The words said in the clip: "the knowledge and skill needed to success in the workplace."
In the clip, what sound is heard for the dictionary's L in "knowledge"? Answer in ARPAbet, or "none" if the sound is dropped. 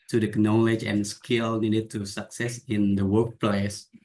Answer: L